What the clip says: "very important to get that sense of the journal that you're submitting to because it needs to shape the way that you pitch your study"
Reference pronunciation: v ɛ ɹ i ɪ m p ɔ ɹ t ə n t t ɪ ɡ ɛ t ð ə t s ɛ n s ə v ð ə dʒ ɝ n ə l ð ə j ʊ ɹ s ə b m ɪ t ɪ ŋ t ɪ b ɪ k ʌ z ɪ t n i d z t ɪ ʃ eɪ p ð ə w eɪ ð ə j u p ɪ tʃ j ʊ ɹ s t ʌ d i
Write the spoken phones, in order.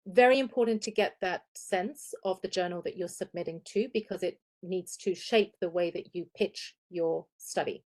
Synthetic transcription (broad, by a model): v ɛ ɹ i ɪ m p ɔ ɹ t n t t ɪ ɡ ɛ t ð ə t s ɛ n s ə v ð ə dʒ ɝ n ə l ð ə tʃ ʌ ɹ s ə b m ɪ t ɪ ŋ t ɪ b ɪ k ʌ z ɪ t n i d z t ɪ ʃ eɪ p ð ə w eɪ ð ə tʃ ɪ p ɪ tʃ j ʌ ɹ s t ʌ d i